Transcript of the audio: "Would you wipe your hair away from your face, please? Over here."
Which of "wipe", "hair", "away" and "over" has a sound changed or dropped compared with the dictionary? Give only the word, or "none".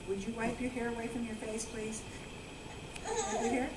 over